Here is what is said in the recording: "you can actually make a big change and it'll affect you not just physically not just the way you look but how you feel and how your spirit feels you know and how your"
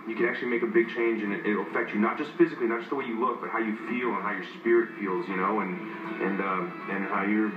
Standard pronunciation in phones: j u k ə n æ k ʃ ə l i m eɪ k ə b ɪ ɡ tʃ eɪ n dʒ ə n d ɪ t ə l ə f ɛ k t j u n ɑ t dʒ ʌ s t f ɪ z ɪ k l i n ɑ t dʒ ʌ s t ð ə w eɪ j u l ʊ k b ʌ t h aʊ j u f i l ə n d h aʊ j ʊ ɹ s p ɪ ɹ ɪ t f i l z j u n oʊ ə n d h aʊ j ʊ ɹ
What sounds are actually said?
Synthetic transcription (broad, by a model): j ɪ k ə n æ k ə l i m eɪ k ə b ɪ ɡ tʃ eɪ n dʒ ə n ɪ t ə l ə f ɛ k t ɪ n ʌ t dʒ ʌ s t f ɪ z ɪ k l i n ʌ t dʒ ʌ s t ð ə w eɪ j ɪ l ʊ k b ʌ t h aʊ j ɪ f i l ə n h aʊ j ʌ ɹ s p ɪ ɹ ɪ t f i l z j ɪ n oʊ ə n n h aʊ j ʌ ɹ